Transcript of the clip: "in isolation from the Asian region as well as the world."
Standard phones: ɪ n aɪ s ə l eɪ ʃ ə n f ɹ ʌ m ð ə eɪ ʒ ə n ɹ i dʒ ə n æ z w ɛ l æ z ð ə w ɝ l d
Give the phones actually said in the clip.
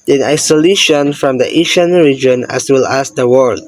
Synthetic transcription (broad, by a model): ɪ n aɪ s ə l eɪ ʃ ə n f ɹ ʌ m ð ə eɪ ʃ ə n ɹ i dʒ ə n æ s w ɛ l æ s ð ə w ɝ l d